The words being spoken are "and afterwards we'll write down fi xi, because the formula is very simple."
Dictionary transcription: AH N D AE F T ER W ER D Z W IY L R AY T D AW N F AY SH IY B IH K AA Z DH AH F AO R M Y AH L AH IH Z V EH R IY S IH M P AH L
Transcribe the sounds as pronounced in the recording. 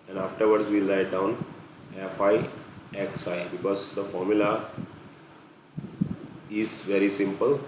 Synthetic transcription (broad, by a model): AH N D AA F T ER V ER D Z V IY L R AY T D AW N F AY S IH B IH K AA Z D AH F AO R M Y AH L AH IH Z V EH R IY S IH M P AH L